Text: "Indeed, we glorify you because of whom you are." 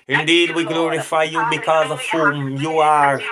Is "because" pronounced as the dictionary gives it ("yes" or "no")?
yes